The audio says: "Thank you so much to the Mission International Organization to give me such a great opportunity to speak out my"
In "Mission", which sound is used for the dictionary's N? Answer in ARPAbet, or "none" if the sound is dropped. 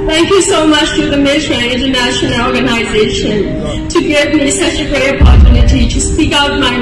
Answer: none